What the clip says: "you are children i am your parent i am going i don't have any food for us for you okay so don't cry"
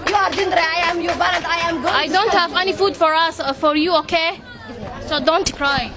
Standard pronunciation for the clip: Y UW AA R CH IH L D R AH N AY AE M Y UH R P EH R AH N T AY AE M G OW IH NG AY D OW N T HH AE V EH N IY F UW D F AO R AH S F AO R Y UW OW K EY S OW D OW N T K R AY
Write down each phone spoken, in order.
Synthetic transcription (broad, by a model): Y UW AA R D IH N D R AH AY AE M Y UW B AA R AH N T AY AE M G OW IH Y D OW N T HH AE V EH N IY F UW D F AO R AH S F AO R Y UW OW K EY S OW D OW N T K R AY